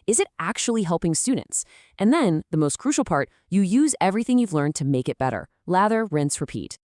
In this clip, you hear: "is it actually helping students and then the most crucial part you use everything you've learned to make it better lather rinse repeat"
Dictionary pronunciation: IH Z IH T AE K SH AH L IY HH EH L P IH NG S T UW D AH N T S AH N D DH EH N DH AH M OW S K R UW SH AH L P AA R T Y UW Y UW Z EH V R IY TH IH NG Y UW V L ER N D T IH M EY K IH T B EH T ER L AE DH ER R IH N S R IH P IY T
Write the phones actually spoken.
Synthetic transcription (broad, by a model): IH Z IH T AE K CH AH L IY HH EH L P IH NG S T UW D N T S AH N DH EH N DH AH M OW S K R UW SH L P AA R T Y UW Y UW Z EH V R IY TH IH NG Y UW V L ER N T IH M EY K IH T B EH T ER L AE DH ER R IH N S R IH P IY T